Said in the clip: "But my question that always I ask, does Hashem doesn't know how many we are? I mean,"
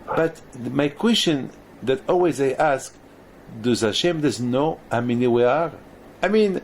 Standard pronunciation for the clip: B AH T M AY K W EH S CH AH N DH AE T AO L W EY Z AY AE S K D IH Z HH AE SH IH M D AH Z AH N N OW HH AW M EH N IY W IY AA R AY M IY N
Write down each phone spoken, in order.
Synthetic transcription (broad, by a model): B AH T M AY K W EH S CH AH N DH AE T AO L W EY Z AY AE S K D IH Z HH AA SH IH M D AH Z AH N N OW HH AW M EH N IY W IY AA R AY M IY N